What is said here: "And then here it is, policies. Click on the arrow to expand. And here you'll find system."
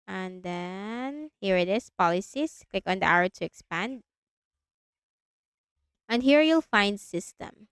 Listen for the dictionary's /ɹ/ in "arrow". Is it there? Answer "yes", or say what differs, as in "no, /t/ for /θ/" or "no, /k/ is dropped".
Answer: no, /w/ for /ɹ/